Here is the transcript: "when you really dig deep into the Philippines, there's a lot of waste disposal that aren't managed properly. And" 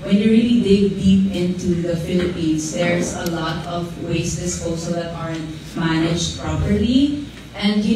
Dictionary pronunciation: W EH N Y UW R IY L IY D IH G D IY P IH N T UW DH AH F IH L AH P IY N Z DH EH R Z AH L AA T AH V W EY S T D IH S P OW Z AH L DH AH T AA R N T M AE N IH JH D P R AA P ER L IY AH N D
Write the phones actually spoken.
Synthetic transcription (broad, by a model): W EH N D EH R IY L IY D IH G D IY P IH N T UW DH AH F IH L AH P IY N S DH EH R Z AH L AA T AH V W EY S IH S OW S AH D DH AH T AA R N T M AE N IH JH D P R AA P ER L IY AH N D